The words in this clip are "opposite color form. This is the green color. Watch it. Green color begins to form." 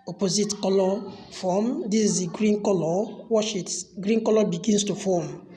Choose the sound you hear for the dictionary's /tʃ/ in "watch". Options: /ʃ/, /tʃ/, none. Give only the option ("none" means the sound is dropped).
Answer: /ʃ/